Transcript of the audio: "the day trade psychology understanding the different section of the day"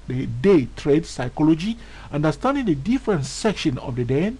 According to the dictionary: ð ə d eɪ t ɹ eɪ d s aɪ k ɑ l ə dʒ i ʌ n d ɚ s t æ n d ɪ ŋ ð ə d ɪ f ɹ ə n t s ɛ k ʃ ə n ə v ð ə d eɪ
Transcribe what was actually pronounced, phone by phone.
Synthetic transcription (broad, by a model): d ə d eɪ t ɹ eɪ d s aɪ k ɑ l ə dʒ i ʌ n d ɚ s t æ n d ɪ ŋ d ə d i f ɹ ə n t s ɛ k ʃ ə n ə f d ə d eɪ